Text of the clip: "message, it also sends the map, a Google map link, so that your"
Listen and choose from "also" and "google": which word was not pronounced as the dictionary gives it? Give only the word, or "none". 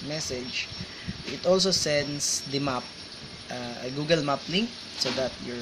none